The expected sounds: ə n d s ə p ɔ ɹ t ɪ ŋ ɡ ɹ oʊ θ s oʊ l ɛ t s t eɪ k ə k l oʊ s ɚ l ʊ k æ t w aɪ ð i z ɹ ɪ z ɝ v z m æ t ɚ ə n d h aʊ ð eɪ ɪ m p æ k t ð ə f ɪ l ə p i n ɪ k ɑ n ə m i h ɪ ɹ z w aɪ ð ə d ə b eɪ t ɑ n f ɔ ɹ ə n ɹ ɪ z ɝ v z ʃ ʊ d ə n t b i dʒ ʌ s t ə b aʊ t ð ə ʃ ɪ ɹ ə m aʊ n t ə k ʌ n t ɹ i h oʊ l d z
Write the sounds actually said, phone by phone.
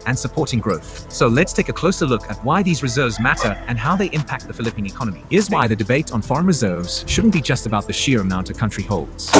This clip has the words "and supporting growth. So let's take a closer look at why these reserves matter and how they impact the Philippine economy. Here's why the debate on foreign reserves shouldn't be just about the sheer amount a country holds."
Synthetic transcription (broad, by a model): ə n s ə p ɔ ɹ t ɪ ŋ ɡ ɹ oʊ θ s oʊ l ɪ t s t eɪ k ə k l oʊ s ɚ l ʊ k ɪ t w aɪ ð i z ɹ ɪ z ɝ v z m æ t ɚ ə n h aʊ ð eɪ ɪ m p æ k t ð ə f ɪ l ə p i n ɪ k ɑ n ə m i ɪ z w aɪ ð ə d ə b eɪ t n f ɔ ɹ ə n ɹ ɪ z ɝ v z ʃ ʊ d n b i dʒ ʌ s t ə b aʊ t ð ə ʃ ɪ ɹ ə m aʊ n t ə k ʌ n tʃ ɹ i h oʊ l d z